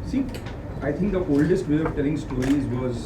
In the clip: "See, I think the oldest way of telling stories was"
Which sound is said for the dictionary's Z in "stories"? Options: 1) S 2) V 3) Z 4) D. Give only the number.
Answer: 3